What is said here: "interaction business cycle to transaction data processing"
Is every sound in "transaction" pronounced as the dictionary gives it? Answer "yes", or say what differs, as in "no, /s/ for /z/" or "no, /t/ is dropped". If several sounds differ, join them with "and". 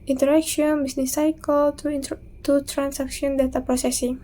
no, /s/ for /z/